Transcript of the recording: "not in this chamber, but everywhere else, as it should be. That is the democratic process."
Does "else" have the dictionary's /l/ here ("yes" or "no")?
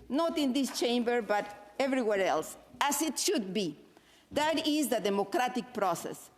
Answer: yes